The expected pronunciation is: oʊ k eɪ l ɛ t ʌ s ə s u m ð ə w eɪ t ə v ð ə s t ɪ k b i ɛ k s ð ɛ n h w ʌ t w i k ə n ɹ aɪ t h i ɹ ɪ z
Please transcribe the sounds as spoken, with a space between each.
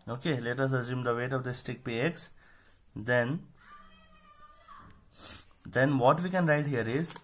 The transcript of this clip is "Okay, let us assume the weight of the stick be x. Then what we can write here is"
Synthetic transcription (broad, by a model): oʊ k eɪ l ɛ t ʌ s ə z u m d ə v eɪ t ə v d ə s t ɪ k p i ɛ k s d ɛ n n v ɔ t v i k ə n ɹ aɪ t h i ɹ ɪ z